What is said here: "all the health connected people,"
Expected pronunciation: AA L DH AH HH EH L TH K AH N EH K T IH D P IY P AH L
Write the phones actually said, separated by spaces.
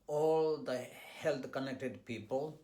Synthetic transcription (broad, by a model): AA L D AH HH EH L T K AH N EH K T IH D P IY P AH L